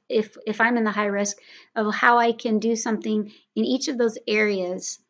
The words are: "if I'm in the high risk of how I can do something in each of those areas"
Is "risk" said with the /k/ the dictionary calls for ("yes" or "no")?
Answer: yes